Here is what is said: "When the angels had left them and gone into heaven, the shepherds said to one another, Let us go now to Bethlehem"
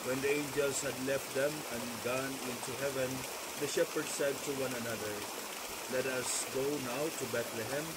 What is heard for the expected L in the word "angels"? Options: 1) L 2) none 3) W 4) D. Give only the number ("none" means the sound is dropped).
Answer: 1